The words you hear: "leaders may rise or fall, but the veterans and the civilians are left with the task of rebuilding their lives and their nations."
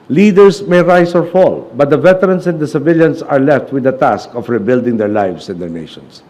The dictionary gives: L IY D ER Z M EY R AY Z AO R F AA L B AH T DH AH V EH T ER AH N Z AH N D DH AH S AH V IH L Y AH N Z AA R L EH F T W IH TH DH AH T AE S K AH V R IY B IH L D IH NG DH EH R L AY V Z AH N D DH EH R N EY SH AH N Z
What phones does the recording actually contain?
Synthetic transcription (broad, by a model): L IY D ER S M EY R AY S AO R F AA L B AH T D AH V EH T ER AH N S AH N D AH S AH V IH L Y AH N S AA R L EH F T W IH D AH T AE S K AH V R IY B IH L D IH NG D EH R L AY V S AH N D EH R N EY SH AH N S